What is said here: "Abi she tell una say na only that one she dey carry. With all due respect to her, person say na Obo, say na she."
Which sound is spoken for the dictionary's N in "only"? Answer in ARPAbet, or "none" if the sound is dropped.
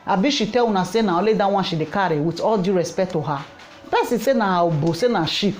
none